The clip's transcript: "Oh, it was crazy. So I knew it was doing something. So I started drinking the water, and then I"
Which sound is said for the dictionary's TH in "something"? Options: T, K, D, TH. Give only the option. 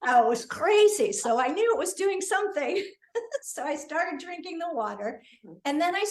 TH